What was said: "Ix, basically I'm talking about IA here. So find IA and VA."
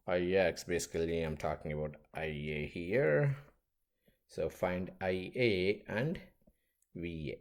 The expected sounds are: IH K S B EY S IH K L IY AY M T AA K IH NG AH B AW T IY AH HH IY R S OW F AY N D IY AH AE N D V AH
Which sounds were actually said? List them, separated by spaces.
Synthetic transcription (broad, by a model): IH K S B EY S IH K L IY AY M T AA K IH NG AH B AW T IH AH HH IY R S OW F AY N D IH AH AE N D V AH